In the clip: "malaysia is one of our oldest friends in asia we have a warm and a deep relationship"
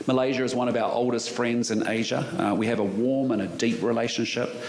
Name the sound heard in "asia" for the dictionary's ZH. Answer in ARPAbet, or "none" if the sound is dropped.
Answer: ZH